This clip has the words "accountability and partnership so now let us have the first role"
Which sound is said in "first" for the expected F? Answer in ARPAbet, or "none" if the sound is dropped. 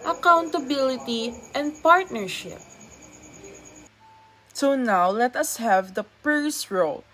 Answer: P